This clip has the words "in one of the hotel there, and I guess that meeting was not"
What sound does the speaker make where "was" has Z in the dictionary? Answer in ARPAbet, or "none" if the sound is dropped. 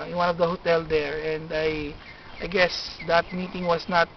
S